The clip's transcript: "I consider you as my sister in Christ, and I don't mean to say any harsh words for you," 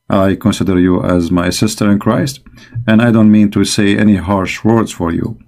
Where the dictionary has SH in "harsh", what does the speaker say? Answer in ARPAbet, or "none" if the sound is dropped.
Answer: SH